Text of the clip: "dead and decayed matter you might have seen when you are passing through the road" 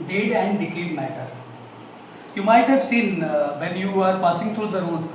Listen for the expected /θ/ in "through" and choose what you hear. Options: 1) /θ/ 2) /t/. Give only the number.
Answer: 2